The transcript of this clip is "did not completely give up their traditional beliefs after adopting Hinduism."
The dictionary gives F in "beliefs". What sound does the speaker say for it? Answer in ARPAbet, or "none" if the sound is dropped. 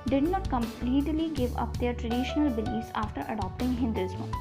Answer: none